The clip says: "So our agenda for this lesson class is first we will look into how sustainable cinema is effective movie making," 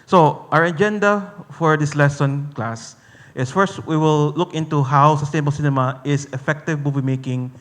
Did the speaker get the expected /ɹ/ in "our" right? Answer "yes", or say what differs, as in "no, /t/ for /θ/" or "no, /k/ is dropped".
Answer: yes